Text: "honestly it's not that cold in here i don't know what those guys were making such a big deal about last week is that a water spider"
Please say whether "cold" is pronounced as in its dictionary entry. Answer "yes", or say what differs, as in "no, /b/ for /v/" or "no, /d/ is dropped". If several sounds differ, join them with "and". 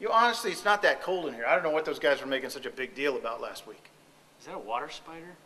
yes